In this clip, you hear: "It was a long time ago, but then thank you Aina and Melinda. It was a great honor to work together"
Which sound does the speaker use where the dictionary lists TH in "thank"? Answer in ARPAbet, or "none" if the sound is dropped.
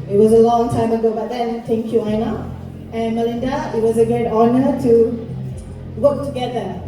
T